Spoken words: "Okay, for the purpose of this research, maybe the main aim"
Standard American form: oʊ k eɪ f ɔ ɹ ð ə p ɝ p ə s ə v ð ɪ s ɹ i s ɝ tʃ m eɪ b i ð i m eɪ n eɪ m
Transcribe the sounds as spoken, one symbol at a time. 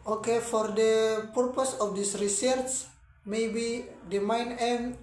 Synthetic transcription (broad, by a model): oʊ k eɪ f ɔ ɹ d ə p ɝ p ə s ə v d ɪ s ɹ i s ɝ s m eɪ b i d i m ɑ n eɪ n